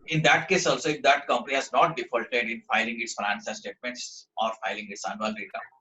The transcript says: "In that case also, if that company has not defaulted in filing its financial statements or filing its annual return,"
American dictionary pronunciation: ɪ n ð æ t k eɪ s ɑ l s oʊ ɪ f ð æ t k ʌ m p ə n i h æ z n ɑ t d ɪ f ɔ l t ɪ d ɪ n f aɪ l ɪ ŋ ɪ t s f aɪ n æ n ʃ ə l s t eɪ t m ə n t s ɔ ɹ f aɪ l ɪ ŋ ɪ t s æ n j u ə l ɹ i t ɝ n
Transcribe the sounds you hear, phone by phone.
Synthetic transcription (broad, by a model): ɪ n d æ t k eɪ s ɑ l s oʊ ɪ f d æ t k ʌ m p ə n i h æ z n ɑ t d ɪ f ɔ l t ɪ d ɪ n f aɪ l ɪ ŋ ɪ t s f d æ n s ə s t eɪ t m ə n t s ɔ ɹ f aɪ l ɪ ŋ ɪ t s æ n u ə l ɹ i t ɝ